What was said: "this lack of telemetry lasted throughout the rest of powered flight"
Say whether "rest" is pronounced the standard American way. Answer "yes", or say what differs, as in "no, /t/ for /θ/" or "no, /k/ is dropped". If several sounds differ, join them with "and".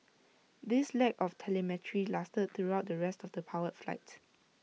yes